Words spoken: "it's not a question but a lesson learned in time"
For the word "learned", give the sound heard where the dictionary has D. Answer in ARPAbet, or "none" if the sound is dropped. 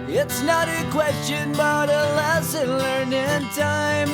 none